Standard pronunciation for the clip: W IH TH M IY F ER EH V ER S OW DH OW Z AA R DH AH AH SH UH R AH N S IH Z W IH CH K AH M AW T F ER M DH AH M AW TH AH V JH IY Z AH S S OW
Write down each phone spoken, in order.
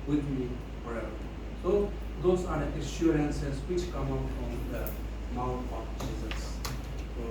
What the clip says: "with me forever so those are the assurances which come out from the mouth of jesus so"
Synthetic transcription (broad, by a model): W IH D M IY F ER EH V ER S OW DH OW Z AA R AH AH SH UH R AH N S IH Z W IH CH K AH M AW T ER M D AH M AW T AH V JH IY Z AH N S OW